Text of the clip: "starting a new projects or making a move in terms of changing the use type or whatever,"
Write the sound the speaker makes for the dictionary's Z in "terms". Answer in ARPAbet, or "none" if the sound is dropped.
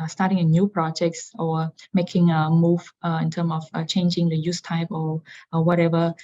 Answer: none